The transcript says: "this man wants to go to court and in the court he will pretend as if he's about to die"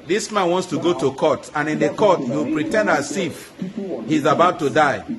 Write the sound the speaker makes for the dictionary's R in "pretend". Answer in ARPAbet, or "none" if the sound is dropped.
R